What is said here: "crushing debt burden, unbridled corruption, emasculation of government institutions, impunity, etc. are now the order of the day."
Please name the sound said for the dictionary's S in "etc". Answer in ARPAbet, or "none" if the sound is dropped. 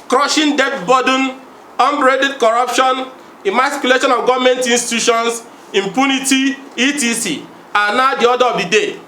none